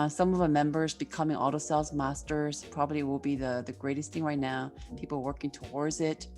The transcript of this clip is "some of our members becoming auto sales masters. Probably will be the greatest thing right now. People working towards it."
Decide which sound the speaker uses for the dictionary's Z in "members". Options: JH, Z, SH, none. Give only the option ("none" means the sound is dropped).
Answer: Z